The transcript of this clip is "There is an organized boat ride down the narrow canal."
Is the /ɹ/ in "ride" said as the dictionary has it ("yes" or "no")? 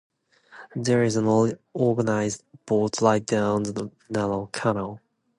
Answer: no